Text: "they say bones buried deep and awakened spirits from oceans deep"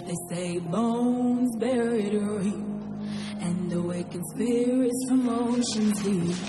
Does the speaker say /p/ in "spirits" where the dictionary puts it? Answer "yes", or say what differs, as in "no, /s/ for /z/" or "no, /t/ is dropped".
no, /p/ is dropped